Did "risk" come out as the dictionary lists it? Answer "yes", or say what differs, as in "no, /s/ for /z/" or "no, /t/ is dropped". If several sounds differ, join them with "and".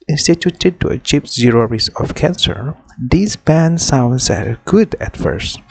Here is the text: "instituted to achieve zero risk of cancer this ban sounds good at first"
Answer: no, /k/ is dropped